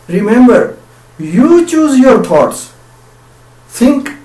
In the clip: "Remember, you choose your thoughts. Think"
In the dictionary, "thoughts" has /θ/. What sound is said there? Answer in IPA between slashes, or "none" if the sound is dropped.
/t/